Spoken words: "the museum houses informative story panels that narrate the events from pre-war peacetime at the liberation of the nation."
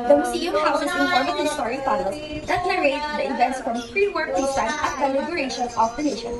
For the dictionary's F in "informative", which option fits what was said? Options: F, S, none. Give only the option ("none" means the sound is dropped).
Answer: none